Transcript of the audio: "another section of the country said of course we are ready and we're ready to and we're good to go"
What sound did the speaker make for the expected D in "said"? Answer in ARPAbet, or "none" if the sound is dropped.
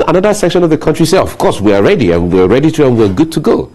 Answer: none